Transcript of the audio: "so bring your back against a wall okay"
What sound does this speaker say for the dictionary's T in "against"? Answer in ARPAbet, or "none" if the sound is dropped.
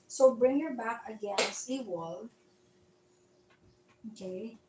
none